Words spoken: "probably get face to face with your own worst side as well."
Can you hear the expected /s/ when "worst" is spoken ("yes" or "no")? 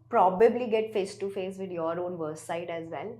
no